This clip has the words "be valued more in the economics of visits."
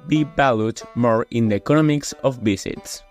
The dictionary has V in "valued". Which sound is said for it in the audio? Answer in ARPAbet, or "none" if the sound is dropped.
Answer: B